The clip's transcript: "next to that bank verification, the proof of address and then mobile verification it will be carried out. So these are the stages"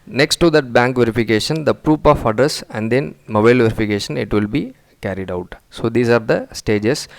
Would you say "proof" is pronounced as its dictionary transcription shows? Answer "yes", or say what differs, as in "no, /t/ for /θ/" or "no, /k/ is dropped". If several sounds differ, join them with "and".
no, /p/ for /f/